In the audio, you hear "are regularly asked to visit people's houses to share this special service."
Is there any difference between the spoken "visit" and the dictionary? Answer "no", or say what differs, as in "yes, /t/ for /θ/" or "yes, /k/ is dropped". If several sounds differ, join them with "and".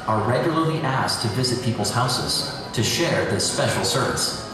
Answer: no